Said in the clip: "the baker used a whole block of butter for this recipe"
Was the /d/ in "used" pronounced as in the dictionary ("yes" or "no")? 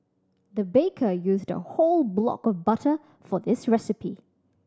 yes